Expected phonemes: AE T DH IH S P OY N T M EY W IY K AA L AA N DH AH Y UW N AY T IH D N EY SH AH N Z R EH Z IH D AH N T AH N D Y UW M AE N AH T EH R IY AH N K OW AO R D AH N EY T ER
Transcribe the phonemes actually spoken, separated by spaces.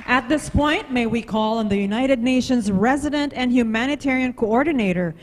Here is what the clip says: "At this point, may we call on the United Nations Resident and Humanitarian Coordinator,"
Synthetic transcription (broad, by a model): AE T DH IH S P OY N T M EY W IY K AA L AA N DH AH Y UW N AY T IH D N EY SH AH N Z R EH Z IH D AH N T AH N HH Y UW M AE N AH T EH R IY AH N K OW AO R D N EY T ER